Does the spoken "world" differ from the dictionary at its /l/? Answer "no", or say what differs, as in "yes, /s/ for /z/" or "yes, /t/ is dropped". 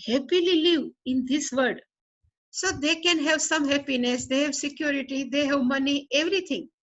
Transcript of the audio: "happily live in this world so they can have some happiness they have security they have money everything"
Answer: yes, /l/ is dropped